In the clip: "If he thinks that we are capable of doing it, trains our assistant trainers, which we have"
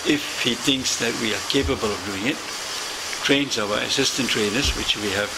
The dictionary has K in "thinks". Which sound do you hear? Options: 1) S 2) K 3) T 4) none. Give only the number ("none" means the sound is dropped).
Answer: 2